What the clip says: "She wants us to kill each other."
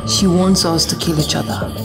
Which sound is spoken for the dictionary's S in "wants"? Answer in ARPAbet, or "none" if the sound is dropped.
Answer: S